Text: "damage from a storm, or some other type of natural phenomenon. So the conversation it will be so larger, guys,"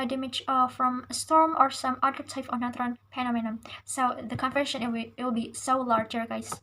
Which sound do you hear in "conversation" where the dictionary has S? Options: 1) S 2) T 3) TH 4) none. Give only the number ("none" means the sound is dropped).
4